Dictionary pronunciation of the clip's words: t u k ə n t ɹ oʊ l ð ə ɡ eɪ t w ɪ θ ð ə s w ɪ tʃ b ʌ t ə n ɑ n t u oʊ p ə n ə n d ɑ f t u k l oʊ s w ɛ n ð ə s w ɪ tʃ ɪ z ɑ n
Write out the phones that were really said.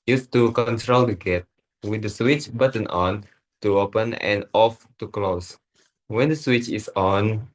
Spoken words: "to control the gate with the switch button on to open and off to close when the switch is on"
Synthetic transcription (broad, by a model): t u k ə n t ɹ oʊ l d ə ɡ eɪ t w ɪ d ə s w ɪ tʃ b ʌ t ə n ɑ n t u oʊ p ə n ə n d ɑ f t u k l oʊ s w ɛ n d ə s w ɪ tʃ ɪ s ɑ n